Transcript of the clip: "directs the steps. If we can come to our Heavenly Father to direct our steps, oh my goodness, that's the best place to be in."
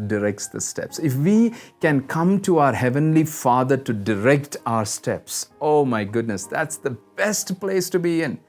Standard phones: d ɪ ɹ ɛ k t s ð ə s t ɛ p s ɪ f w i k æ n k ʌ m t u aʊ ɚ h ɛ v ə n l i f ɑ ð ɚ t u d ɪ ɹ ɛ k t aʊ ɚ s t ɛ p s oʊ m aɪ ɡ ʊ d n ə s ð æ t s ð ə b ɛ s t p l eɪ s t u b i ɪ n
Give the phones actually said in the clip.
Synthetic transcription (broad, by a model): d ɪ ɹ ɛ k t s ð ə s t ɛ p s ɪ f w i k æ n k ʌ m t u aʊ ɚ h ɛ v ə n l i f ɑ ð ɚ t u d ɪ ɹ ɛ k t aʊ ɚ s t ɛ p s oʊ m aɪ ɡ ʊ d n ə s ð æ t s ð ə b ɛ s t p l eɪ s t u b i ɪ n